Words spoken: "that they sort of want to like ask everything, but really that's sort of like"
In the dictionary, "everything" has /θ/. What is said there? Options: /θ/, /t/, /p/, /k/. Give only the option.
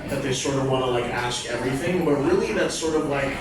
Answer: /θ/